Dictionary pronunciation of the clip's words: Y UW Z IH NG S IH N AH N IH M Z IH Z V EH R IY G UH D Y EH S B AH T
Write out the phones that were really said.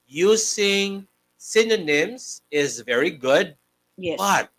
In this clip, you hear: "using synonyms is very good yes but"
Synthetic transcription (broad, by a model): Y UW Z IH NG S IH N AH N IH M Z IH Z V EH R IY G UH D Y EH B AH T